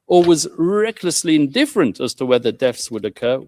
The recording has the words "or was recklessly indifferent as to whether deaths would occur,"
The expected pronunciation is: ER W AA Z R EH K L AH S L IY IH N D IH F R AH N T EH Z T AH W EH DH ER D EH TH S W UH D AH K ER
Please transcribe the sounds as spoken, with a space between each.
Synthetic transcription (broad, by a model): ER W AA Z R EH K L AH S L IY IH N D IH F R AH N T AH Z T AH W EH DH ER D EH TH S W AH D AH K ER